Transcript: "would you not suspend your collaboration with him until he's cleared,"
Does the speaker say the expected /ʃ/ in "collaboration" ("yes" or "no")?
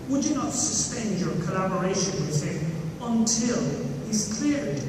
yes